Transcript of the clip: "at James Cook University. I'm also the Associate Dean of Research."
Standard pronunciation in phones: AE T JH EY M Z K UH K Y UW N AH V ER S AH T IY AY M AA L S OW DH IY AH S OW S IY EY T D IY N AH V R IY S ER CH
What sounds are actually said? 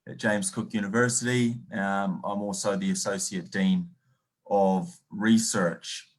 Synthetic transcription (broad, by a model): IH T JH EY M Z K UH K Y UW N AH V ER S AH T IY AY M AA L S OW DH IY AH S OW S IY EY T D IY N AH V R IY S ER CH